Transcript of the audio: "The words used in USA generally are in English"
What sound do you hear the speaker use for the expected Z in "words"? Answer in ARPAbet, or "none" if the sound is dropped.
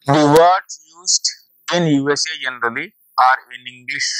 none